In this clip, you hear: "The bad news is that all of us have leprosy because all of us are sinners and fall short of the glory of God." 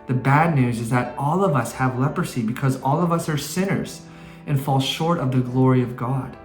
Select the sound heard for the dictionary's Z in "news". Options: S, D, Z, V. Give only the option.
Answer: Z